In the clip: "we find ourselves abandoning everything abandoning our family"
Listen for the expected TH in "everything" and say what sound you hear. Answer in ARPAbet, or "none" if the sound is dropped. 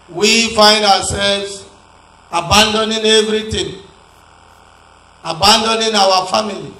T